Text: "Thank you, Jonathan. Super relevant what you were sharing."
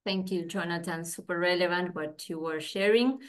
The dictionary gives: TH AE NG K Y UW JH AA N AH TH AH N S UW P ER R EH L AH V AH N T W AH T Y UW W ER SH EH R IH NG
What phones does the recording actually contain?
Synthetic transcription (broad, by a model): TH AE NG K Y UW JH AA N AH T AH N S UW P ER R EH L AH V AH N T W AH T Y UW W ER SH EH R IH NG